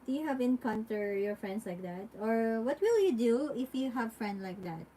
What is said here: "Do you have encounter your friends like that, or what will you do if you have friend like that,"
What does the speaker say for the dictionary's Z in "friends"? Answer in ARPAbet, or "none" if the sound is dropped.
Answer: S